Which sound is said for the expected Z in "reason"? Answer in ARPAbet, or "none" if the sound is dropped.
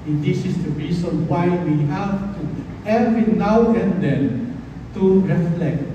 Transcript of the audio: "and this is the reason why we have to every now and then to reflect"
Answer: S